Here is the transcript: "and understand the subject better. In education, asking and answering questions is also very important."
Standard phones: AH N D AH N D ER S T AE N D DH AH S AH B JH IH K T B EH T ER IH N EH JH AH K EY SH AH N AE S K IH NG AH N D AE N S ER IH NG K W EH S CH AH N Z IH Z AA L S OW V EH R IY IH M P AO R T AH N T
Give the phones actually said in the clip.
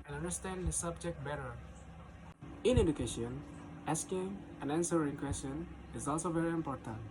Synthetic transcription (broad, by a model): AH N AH N D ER S T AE N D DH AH S AH B JH IH K T B EH T ER IH N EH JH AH K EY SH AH N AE S K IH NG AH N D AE N S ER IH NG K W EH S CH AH N IH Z AA L S OW V EH R IY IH M P AO R T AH N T